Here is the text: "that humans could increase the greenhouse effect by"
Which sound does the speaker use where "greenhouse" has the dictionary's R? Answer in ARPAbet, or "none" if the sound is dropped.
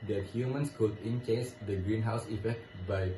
R